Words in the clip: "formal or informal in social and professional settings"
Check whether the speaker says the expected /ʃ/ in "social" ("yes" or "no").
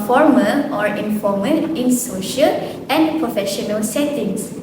yes